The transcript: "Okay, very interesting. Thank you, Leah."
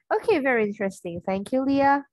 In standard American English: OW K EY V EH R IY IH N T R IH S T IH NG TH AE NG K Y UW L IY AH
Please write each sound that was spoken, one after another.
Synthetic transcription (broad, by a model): OW K EY V EH R IY IH N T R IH S T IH NG TH AE NG K Y UW L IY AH